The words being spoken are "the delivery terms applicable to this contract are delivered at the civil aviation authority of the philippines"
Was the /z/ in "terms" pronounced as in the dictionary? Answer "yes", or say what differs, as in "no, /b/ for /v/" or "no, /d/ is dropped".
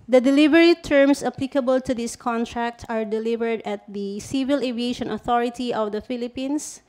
no, /s/ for /z/